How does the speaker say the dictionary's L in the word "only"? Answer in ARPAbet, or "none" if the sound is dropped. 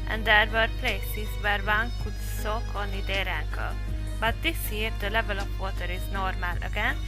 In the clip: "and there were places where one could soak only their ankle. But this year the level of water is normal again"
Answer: none